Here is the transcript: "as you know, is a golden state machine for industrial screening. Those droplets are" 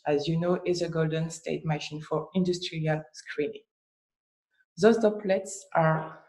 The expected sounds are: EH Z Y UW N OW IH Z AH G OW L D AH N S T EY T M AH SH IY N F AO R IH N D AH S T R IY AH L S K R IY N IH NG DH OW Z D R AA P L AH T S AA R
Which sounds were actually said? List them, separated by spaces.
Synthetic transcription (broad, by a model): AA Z Y UW N OW IH Z AH G OW L D AH N S T EY T M AH SH IY N F AO R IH N D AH S T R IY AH L S K R IY N IH NG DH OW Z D AA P L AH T S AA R